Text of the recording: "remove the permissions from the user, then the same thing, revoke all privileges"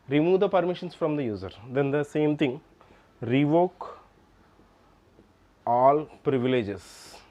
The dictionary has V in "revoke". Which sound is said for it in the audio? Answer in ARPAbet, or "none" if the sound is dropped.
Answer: V